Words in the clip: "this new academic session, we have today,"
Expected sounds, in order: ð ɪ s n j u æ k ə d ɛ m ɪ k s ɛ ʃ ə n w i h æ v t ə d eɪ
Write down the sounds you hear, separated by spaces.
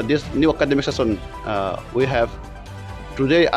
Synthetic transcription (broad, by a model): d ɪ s n j u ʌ k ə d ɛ m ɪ k s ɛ s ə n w i h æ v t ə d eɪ